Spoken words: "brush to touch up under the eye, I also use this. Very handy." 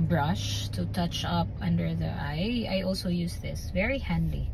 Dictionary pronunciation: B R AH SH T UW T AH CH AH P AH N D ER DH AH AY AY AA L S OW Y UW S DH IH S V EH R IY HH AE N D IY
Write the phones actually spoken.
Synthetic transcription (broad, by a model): B R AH SH T UW T AH CH AH P AH N D ER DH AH AY AY AA L S OW Y UW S DH IH S V EH R IY HH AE N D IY